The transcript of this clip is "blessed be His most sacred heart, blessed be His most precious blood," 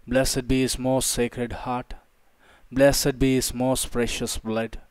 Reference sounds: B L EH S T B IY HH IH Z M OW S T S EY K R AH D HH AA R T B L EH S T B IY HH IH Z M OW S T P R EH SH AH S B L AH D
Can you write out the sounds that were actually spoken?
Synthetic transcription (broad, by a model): B L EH S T B IY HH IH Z M OW S T S EY K R AH D HH AA R T B L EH S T B IY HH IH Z M OW S T P R EH SH AH S B L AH D